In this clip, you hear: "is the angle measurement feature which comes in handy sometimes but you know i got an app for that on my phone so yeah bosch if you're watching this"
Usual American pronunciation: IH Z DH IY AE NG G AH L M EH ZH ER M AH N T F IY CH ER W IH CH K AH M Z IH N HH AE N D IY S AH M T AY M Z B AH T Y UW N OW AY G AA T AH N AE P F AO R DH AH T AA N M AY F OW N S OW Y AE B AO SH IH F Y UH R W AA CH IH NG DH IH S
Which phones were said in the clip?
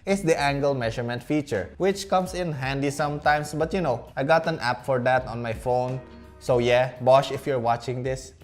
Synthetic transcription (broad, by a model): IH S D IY AE NG G AH L M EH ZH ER M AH N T F IY CH ER W IH CH K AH M S IH N HH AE N D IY S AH M T AY M S B AH T Y UW N OW AY G AA T AH N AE P F AO R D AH T AA N M AY F OW N S OW Y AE B AO SH IH F Y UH R W AA CH IH NG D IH S